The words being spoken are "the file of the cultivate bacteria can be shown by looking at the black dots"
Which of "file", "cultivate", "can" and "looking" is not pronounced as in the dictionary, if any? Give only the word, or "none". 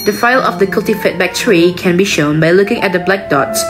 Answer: cultivate